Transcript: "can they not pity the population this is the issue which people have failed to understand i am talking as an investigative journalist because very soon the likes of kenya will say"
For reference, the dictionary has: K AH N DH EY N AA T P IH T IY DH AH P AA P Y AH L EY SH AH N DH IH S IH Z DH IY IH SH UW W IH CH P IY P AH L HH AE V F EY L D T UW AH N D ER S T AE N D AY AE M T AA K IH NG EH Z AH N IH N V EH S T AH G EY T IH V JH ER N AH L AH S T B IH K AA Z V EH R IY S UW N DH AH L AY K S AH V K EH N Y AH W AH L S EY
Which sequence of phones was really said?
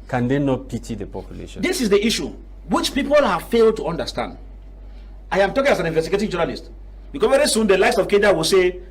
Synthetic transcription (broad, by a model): K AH N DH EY N AA T P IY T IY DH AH P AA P Y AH L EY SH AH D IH S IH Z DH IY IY SH UW W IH CH P IY P AH L HH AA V F EY L D T UW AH N D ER S T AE N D AY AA M T AA K IH NG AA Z AH N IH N V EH S T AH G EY T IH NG JH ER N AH L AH S T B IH K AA V EH R IY S UW N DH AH L AY S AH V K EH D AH W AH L S EY